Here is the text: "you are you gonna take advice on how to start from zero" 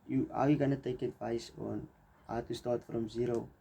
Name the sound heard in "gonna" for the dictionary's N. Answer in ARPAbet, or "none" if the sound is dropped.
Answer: N